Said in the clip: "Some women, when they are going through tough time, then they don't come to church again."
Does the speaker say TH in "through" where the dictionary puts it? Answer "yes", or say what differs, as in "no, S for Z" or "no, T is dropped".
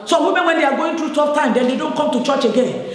no, T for TH